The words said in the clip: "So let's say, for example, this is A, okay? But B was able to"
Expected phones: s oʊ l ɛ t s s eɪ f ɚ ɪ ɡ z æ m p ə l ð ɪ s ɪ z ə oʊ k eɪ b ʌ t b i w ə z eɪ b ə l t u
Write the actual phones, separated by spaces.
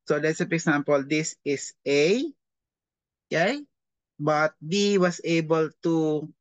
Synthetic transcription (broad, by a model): s oʊ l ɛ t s s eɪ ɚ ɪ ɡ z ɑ m p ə l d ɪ s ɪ s ə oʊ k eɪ b ʌ t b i w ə s eɪ b ə l t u